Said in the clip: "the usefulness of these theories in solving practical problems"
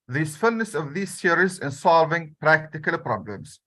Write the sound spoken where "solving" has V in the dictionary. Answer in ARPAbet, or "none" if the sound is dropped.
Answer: V